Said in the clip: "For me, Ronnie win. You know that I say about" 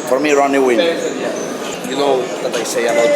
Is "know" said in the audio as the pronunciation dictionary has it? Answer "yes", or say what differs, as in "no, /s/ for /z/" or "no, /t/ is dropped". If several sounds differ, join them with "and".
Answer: no, /l/ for /n/